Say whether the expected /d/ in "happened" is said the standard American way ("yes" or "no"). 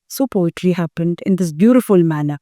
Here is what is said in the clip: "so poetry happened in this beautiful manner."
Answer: yes